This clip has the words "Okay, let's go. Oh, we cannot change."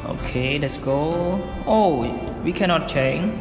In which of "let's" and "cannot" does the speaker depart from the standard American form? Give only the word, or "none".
none